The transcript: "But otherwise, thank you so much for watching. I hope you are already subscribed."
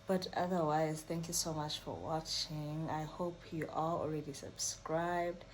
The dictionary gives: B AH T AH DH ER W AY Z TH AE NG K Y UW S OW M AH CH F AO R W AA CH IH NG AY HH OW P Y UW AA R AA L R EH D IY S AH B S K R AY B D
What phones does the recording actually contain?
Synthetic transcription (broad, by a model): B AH T AH DH ER W AY Z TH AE NG K Y UW S OW M AH CH F AO R W AA CH IH NG AY HH OW P Y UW AA L AA L R EH D IY S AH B S K R AY B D